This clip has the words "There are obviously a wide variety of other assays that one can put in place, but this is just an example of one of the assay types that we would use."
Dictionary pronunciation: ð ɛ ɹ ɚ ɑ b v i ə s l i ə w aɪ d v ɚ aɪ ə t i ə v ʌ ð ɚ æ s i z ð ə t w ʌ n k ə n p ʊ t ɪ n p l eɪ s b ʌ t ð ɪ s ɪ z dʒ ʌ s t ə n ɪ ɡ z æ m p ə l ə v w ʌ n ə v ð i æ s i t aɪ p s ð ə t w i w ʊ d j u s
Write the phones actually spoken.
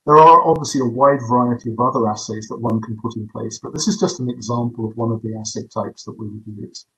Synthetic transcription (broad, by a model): ð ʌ ɹ ɚ ɑ b v i ə s l i ə w aɪ d v ɚ aɪ ə t i ə v ʌ ð ɚ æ s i z ð ə t w ʌ n k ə n p ʊ t ɪ n p l eɪ s b ʌ t ð ɪ s ɪ z dʒ ʌ s t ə n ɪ ɡ z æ m p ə l ə v w ʌ n ə v ð i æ s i t aɪ p s ð ə t w i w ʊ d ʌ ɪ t